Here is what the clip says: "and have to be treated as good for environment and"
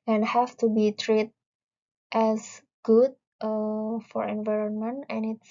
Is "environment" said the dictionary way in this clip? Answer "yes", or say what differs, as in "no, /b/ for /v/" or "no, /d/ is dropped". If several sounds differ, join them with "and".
yes